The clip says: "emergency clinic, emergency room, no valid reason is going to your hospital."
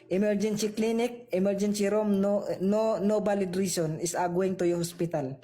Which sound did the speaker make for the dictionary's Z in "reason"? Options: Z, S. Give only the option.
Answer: S